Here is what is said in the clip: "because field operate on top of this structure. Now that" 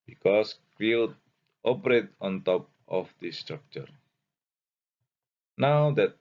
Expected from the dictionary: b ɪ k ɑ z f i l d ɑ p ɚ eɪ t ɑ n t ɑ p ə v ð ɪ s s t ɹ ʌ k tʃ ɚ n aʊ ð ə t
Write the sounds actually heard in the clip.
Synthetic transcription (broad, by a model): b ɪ k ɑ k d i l ɑ p ɚ eɪ t ɑ n t ɑ p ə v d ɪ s s t ɹ ʌ k tʃ ɚ n aʊ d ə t